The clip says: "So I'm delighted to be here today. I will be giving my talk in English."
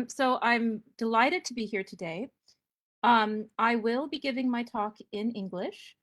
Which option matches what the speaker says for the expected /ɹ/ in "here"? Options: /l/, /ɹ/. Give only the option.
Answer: /ɹ/